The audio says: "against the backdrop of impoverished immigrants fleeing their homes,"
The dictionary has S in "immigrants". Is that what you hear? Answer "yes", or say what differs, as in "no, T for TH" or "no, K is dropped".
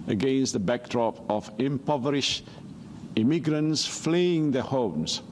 yes